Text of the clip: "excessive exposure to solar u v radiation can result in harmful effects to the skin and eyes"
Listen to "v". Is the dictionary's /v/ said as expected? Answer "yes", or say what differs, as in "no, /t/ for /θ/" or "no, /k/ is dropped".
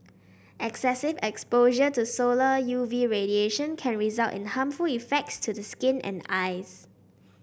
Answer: yes